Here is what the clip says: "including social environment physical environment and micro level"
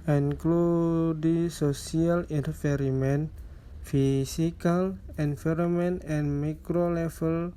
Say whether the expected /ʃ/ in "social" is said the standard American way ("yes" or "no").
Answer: no